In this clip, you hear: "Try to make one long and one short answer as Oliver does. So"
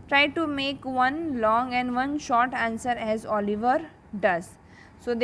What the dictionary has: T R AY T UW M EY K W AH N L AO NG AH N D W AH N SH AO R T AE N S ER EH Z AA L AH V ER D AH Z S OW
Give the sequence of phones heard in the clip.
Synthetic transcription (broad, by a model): T R AY T UW M EY K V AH N L AO NG AH N D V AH N SH AO R T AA N S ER EH Z AA L AH V ER D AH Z S OW